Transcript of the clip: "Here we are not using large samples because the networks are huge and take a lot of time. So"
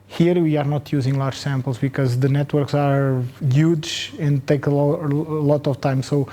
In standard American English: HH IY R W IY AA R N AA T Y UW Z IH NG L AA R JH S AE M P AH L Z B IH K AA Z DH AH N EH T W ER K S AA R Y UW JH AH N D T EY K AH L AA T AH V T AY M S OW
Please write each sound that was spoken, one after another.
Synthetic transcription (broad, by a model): HH IY R W IY AA R N AA T Y UW Z IH NG L AA R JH S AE M P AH L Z B IH K AA Z DH AH N EH T W ER K S AA R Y UW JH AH N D T EY K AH L AA T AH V T AY M S OW